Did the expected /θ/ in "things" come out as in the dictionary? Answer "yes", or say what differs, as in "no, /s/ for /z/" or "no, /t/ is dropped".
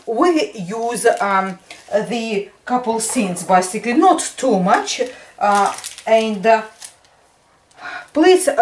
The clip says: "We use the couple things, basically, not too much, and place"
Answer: no, /s/ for /θ/